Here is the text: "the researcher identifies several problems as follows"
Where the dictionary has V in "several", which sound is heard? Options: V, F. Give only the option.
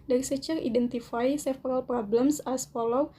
F